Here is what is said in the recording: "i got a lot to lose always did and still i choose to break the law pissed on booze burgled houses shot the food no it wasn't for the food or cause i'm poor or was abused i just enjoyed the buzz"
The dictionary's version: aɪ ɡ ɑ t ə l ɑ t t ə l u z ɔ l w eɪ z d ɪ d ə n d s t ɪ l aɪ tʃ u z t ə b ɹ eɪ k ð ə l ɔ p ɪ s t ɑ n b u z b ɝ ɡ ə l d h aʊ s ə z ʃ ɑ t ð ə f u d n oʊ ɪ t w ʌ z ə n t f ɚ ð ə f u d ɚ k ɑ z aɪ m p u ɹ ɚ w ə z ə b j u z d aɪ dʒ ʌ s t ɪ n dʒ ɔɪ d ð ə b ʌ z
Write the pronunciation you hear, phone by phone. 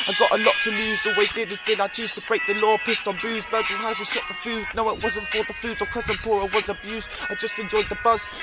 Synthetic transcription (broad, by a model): aɪ ɡ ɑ t ə l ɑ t t ə l u z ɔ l w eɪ d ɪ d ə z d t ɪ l aɪ tʃ u z t ə b ɹ eɪ k ð ə l ɔ p ɪ s t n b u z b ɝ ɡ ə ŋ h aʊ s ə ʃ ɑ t ð ə f u d n oʊ ɪ t w ʌ z ə n t f ɚ ð ə f u d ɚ k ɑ z aɪ m p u ɹ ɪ w ə z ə b j u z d aɪ dʒ ʌ s t ɪ n dʒ ɔɪ d ð ə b ʌ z